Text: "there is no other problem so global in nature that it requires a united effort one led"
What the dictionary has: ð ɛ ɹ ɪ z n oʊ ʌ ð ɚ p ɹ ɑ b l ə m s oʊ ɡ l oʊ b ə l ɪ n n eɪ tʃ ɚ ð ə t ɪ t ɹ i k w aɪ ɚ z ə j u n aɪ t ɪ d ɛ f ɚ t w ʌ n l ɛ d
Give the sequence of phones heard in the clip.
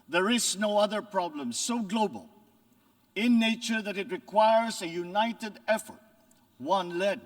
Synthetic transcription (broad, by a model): ð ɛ ɹ ɪ z n oʊ ʌ ð ɚ p ɹ ɑ b l ə m s oʊ ɡ l oʊ b ə l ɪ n n eɪ tʃ ɚ ð ə t ɪ t ɹ i k w aɪ ɚ z ə j u n aɪ t ɪ d ɛ f ɚ t w ʌ n l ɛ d